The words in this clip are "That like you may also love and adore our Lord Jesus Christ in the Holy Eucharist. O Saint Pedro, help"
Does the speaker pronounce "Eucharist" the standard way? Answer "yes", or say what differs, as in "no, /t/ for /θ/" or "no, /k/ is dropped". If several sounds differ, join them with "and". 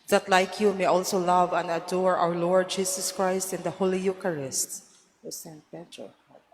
yes